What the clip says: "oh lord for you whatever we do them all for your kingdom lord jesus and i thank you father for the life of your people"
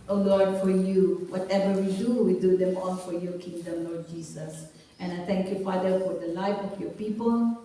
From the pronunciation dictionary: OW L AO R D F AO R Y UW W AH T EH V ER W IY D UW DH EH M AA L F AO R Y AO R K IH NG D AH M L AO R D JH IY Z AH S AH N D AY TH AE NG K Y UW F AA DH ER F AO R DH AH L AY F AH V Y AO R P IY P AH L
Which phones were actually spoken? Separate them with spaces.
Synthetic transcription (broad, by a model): OW L AO R D F AO R Y UW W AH T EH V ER W IY D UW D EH M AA N F AO R Y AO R K IH NG D AH M L AO R D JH IY S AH S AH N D AY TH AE NG K Y UW F AA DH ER F AO R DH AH L AY F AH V Y AO R P IY P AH L